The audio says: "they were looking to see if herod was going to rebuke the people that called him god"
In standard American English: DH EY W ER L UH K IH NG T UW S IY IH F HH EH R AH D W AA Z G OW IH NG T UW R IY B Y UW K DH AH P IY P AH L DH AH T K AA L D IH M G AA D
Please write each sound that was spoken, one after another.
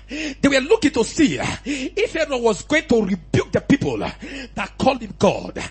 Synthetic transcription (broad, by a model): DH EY W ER L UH K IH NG T UW S IY IH F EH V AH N W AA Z G OW IH NG T UW R IY B Y UW K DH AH P IY P AH L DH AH T K AA L D IH M G AA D